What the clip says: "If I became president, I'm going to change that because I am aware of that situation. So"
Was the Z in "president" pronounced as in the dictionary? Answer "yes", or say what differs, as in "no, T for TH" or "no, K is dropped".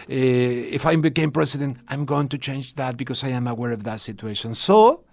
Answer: no, S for Z